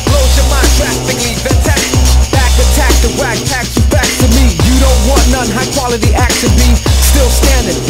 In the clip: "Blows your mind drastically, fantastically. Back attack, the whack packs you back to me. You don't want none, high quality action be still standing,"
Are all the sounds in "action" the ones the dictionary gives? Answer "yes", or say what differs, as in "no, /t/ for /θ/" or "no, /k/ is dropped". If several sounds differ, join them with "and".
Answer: no, /s/ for /ʃ/